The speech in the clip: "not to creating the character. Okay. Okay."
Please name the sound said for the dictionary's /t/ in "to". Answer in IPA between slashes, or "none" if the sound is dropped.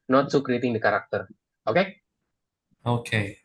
/s/